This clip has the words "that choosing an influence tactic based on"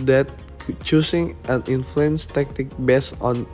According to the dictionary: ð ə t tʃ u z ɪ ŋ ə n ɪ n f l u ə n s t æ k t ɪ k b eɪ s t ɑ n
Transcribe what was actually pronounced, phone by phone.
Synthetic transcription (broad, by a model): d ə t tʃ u s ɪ ŋ ə n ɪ n f l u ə n s t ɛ k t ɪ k b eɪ s ɑ n